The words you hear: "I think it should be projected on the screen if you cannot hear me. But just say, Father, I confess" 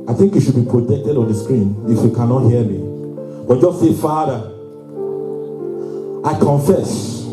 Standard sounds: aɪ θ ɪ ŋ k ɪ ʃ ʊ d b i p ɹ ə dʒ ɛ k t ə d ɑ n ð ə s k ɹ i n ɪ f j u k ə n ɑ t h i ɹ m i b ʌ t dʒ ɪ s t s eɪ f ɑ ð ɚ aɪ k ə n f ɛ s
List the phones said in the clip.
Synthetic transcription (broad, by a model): aɪ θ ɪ ŋ k ɪ ʃ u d b i p ɹ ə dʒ ɛ k t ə d ɑ n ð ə s k ɹ i n ɪ f j u k ə n ɑ t h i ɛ m i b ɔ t dʒ ɪ s t s eɪ f ɑ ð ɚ aɪ k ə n f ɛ s